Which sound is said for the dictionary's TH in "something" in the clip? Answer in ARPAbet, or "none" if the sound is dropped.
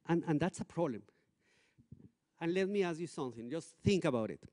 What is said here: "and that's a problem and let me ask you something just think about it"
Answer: TH